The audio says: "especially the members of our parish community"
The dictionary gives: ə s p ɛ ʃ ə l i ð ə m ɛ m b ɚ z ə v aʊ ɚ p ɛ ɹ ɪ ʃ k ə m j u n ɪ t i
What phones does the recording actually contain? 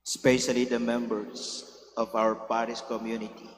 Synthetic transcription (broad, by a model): s p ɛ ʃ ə l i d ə m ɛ m b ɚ s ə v aʊ ɚ p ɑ ɹ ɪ s k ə m j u n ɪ t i